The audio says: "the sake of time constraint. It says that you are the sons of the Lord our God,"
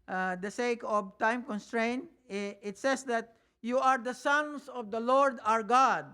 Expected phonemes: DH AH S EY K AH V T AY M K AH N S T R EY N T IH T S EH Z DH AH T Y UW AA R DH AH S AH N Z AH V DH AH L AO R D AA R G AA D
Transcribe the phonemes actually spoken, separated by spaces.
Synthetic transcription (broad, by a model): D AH S EY K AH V T AY M K AH N S T R EY N T IH T S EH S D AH T Y UW AA R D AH S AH N S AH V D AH L AO R D AA R G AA D